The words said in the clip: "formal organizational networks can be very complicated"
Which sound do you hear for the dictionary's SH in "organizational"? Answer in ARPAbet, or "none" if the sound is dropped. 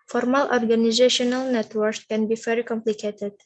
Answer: SH